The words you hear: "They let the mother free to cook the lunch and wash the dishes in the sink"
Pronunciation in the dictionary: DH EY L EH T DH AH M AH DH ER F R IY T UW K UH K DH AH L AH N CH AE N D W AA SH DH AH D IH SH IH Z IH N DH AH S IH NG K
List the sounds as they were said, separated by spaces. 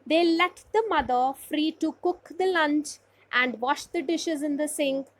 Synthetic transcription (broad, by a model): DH EY L EH T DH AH M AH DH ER F R IY T UW K UH K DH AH L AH N CH AE N D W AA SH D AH D IH SH IH Z IH N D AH S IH NG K